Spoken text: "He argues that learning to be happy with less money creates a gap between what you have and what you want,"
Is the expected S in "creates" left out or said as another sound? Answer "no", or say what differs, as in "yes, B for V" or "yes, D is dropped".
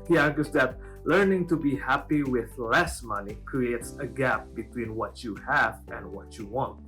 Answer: no